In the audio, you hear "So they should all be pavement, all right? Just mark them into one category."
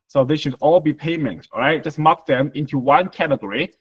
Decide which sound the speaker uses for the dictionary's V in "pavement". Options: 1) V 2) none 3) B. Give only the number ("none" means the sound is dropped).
2